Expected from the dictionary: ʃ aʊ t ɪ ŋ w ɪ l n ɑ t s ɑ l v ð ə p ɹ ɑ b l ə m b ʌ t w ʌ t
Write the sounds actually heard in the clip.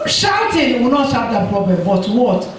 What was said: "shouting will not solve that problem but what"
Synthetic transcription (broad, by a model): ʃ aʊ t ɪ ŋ w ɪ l n ɑ t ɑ v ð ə p ɹ ɑ b l ə m b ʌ t w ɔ t